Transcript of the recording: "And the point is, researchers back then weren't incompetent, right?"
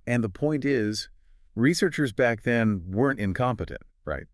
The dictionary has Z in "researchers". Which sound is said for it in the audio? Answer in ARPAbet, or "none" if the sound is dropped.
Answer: Z